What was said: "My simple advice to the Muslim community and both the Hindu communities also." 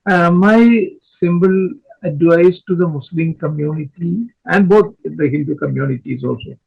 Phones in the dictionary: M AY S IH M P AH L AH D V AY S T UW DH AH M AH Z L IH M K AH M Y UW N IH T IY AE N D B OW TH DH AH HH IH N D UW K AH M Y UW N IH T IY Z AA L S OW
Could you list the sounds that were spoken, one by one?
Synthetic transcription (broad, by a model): M AY S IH M B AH L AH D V AY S T UW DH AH M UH S L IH M K AH M Y UW N IH T IY AE N D B OW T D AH HH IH L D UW K AH M Y UW N IH T IY Z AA L S OW